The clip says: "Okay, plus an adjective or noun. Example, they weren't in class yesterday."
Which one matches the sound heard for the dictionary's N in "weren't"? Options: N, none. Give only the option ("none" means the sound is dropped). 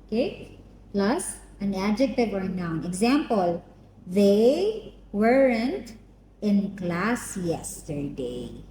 N